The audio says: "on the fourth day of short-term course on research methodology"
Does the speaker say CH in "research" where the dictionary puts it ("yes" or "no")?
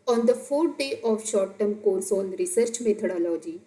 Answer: yes